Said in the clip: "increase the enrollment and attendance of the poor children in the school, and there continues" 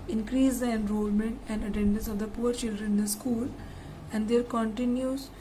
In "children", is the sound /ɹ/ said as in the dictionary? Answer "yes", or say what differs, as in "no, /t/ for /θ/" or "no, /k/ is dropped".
yes